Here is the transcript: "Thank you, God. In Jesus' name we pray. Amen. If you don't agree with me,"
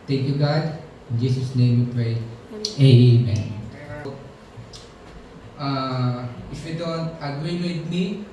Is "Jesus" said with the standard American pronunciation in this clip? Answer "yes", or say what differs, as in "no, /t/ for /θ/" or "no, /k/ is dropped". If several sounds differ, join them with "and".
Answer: no, /s/ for /z/